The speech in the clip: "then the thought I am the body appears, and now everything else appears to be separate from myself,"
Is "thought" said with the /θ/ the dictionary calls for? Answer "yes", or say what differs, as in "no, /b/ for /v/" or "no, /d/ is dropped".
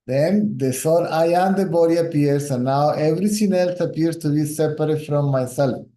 no, /s/ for /θ/